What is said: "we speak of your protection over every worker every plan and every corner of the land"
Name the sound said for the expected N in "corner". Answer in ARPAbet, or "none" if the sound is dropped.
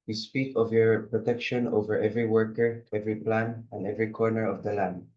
N